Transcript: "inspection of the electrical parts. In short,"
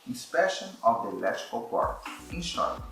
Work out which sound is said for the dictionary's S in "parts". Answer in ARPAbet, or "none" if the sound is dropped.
none